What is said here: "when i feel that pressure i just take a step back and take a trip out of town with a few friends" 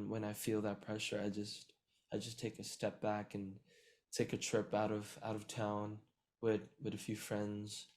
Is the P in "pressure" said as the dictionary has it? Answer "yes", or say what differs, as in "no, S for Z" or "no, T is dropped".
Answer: yes